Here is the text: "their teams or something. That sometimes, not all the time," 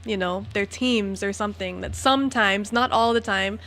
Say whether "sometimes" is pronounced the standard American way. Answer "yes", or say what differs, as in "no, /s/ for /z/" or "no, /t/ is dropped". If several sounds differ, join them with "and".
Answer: yes